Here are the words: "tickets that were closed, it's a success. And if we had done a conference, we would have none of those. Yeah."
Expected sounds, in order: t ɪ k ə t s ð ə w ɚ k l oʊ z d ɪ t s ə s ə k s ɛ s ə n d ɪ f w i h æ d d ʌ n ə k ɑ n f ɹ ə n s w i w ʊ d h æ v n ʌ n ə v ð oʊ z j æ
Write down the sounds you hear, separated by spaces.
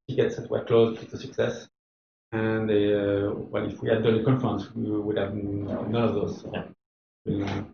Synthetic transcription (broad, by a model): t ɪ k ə t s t w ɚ k l oʊ z d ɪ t ə s ə k s ɛ s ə n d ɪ f w i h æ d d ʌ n ə k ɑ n f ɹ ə n s w i w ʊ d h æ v n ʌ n ə v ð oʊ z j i